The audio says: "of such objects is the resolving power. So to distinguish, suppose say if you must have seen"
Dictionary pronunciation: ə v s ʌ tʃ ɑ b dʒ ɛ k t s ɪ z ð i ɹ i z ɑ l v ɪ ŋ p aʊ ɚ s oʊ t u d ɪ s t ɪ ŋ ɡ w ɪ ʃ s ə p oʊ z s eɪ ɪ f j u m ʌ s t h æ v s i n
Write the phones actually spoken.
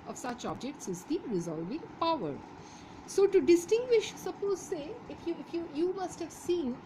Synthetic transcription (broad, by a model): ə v s ʌ tʃ ɑ b dʒ ɛ k t s ɪ z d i ɹ i z ɑ l v ɪ ŋ p aʊ ɚ s oʊ t u d ɪ s t ɪ ŋ ɡ w ɪ ʃ s ə p oʊ z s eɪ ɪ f j u m ʌ s t h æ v s i n